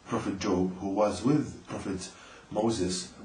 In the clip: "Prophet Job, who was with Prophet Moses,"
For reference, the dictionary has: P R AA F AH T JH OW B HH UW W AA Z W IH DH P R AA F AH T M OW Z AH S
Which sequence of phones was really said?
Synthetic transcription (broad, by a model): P R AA F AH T JH OW B HH UW W AA Z W IH DH P R AA F AH T M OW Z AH S